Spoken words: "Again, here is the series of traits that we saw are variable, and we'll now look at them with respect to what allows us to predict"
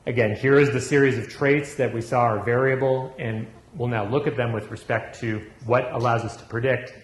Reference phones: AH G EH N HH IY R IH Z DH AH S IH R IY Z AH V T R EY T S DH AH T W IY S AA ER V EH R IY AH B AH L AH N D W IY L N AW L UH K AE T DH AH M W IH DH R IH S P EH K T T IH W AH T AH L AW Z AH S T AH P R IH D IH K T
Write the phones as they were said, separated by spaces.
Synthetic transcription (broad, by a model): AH G EH N HH IY R IH Z DH AH S IH R IY Z AH V T R EY T S DH AH T W IY S AA ER V EH R IY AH B L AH N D W IY L N AW L UH K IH T DH AH M W IH DH R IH S P EH K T T IH W AH T AH L AW Z AH S T AH P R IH D IH K T